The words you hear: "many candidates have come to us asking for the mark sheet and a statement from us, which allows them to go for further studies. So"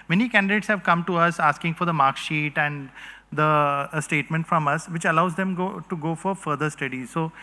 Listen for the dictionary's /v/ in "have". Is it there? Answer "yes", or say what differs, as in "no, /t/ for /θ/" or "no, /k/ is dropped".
yes